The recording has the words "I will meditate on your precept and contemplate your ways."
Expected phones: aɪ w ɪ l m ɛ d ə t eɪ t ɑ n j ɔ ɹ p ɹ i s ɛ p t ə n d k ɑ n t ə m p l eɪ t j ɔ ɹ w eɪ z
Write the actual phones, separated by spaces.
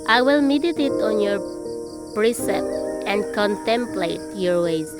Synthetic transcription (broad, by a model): aɪ w ɪ l m ɛ d ə t eɪ t ɑ n j ɔ ɹ p ɹ i s ɛ p t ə n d k ɑ n t ə m p l eɪ t j ɔ ɹ w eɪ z